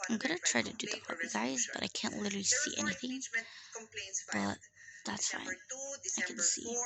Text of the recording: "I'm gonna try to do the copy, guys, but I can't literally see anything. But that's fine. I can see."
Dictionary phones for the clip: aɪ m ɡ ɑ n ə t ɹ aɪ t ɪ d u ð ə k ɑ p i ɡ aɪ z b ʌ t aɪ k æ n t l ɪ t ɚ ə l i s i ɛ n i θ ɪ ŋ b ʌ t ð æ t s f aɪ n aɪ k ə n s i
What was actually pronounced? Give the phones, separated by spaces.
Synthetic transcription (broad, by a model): aɪ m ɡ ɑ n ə t ɹ aɪ t ɪ d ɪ ð ə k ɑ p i ɡ aɪ z b ʌ t aɪ k æ n t l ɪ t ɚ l i s i ɛ n i θ ɪ ŋ b ʌ t ð æ t s f aɪ n aɪ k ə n s i